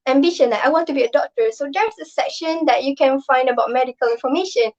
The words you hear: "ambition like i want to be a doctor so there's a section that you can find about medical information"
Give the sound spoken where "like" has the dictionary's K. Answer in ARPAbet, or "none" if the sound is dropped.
none